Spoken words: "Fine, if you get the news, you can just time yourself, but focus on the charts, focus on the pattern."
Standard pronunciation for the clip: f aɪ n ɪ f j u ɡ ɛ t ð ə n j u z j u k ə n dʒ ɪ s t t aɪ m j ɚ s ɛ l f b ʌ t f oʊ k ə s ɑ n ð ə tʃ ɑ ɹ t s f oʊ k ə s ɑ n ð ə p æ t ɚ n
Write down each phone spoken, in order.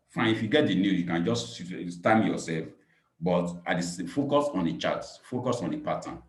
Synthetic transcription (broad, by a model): f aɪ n ɪ f j u ɡ ɛ t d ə n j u j u k ə n dʒ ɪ s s t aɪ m j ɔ s ɛ l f b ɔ t f oʊ k ə s ɑ n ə tʃ ɑ t f oʊ k ə s ɑ n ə p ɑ t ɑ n